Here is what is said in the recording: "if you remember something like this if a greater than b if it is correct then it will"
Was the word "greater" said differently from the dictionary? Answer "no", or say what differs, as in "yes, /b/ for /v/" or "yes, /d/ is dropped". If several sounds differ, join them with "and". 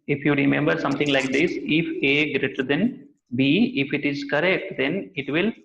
no